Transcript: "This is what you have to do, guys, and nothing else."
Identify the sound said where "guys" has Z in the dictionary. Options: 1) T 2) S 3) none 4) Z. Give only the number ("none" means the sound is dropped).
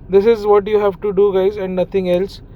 4